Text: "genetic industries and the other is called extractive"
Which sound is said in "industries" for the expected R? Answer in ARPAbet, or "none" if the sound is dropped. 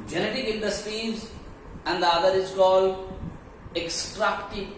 none